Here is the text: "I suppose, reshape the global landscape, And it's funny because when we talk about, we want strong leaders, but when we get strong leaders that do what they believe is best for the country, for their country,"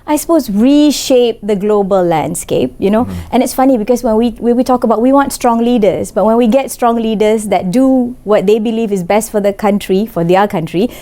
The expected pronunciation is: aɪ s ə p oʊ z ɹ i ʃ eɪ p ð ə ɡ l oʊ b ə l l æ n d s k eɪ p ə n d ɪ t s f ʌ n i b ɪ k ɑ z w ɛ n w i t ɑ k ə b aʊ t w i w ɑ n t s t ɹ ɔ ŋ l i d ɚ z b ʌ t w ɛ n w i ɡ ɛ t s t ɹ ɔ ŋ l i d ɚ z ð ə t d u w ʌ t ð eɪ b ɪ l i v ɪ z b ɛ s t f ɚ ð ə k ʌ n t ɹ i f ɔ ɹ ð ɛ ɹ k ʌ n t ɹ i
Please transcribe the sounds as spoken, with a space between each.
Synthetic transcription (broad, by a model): aɪ s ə p oʊ s ɹ i ʃ eɪ p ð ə ɡ l oʊ b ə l l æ n d s k eɪ p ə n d ɪ t s f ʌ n i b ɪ k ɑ s w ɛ n w i t ɑ k ə b aʊ t w i w ɑ n t s t ɹ ɔ ŋ l i d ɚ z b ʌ t w ɛ n w i ɡ ɛ t s t ɹ ɔ ŋ l i d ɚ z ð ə t d u w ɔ t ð eɪ b ɪ l i v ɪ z b ɛ s t f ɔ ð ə k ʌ n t ɹ i f ɔ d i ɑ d k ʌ n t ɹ i